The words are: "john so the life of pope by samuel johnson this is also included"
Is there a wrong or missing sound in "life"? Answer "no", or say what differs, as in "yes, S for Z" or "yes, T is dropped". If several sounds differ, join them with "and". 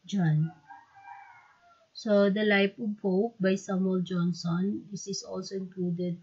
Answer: yes, P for F